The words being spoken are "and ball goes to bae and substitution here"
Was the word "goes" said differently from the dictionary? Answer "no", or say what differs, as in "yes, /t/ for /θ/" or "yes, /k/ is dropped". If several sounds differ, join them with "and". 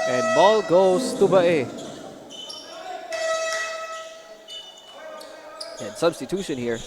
yes, /s/ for /z/